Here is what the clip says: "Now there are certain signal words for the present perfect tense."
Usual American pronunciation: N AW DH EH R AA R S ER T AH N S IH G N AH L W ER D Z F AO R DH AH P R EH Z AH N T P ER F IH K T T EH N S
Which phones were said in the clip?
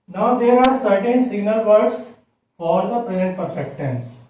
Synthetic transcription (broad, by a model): N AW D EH R AA R S ER T AH N S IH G N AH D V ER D S F AO R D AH P R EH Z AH N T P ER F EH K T T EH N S